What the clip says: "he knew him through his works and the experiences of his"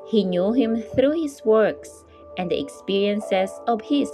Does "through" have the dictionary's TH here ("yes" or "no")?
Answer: yes